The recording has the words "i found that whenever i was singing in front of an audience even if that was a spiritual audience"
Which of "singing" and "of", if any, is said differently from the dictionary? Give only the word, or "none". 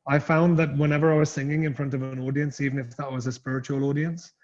none